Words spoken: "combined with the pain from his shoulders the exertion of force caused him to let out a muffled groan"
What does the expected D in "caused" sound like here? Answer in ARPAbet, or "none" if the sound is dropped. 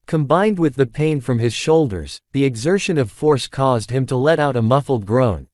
D